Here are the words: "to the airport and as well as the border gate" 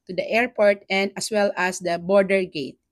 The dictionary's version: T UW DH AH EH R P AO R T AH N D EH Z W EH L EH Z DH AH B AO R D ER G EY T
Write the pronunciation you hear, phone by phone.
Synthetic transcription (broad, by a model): T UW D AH EH R P AO R T AH N D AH S W EH L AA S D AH B AO R D ER G EY T